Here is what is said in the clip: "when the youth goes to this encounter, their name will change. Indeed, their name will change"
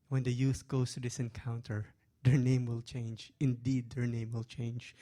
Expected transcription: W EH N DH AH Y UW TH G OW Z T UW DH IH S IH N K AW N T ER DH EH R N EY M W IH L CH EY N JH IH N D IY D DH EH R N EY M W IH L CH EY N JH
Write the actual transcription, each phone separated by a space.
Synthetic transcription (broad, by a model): W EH N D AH Y UW TH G OW S T UW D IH S IH N K AW N T ER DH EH R N EY M W IH L CH EY N JH IH N D IY D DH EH R N EY M W IH L CH EY N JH